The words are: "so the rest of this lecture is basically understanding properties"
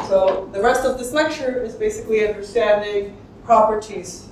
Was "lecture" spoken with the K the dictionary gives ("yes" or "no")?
yes